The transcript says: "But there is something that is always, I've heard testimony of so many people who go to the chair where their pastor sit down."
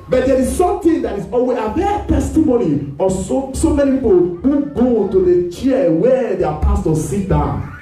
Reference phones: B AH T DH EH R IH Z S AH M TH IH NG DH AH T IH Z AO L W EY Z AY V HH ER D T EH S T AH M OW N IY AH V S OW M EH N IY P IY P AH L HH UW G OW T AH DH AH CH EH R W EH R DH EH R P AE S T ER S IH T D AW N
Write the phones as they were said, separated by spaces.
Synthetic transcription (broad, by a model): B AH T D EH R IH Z S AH M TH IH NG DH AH T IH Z AO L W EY AY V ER T EH S T AH M OW N IY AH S S OW M EH N IY P IY P AH L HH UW G OW T AH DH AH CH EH W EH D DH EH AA P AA S T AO S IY T D AW N